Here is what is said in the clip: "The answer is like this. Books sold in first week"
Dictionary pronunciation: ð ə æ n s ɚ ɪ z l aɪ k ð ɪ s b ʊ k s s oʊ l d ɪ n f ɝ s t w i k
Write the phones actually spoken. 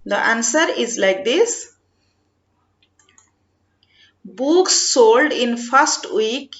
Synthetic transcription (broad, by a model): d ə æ n s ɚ ɪ z l aɪ k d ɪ s b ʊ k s s oʊ l d ɪ n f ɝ s t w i k